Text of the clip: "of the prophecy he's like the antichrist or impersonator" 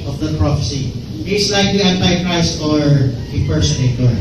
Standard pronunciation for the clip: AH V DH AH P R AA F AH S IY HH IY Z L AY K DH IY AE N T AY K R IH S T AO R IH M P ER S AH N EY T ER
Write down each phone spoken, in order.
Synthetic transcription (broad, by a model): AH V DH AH P R AA F AH S IY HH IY S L AY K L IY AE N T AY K R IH S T AO R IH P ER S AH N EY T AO